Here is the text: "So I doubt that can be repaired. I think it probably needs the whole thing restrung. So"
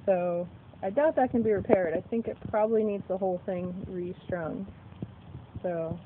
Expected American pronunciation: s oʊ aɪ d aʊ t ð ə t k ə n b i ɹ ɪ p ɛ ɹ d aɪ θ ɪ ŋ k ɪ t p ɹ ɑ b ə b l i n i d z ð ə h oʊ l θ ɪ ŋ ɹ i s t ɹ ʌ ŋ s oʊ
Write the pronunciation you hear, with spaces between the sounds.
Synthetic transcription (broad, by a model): s oʊ aɪ d aʊ t ð ə t k ə n b i ɹ ɪ p ɛ ɹ d aɪ θ ɪ ŋ k ɪ t p ɹ ɑ b ə b l i n i d z ð ə h oʊ l θ ɪ ŋ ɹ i s t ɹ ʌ ŋ s oʊ